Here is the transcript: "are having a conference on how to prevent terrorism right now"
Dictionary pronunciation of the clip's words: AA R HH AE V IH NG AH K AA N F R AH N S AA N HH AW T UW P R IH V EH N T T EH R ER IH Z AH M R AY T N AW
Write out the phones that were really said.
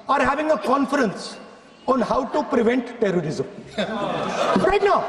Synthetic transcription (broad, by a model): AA R HH AE V IH NG AH K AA N F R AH N S AA N HH AW T UW P R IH V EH N T T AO R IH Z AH M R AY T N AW